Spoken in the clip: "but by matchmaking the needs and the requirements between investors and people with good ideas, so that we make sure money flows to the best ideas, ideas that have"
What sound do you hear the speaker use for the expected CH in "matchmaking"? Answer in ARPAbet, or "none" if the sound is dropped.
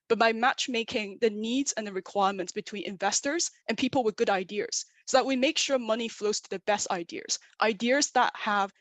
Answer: CH